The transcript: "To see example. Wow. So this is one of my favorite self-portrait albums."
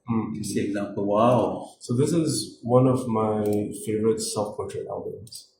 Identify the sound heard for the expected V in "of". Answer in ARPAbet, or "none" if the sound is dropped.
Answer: V